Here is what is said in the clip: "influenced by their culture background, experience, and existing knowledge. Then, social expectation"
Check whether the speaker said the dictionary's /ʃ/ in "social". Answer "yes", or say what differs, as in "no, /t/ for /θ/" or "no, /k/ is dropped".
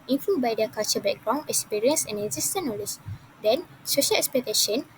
yes